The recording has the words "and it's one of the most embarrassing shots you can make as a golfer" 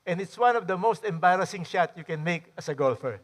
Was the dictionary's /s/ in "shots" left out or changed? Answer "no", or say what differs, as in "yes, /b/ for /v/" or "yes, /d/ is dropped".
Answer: yes, /s/ is dropped